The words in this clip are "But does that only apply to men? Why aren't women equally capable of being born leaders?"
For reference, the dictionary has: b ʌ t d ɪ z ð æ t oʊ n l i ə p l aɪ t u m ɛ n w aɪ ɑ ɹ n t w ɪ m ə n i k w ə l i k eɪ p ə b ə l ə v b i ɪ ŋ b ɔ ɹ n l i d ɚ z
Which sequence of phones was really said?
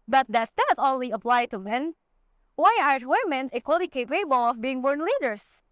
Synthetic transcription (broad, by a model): b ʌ t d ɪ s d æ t oʊ n l i ə p l aɪ t u m ɛ n w aɪ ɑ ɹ t w ɪ m ə n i k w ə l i k eɪ p ə b ə l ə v b i ɪ ŋ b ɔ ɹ n l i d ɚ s